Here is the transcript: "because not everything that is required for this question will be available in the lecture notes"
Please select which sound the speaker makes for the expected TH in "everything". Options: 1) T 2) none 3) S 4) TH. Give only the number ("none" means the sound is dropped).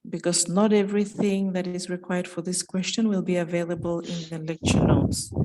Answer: 4